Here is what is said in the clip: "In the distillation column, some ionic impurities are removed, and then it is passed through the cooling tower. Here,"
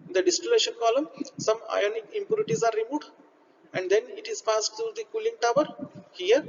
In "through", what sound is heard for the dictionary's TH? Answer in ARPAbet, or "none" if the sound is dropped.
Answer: T